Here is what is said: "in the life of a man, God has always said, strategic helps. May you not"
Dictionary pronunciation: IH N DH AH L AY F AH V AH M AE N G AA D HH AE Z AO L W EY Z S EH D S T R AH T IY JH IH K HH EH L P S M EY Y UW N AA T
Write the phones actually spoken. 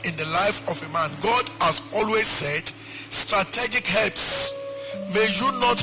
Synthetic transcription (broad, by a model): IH N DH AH L AY F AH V AH M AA N G AA D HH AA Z AO L W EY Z S EH D S T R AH T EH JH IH K HH EH L P S M EY Y UW N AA T